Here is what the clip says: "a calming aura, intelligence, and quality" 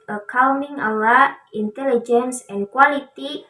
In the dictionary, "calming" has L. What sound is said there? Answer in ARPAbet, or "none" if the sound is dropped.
W